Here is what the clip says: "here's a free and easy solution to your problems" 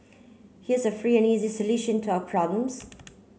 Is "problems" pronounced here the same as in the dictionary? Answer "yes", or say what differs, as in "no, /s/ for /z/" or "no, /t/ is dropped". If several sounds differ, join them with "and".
yes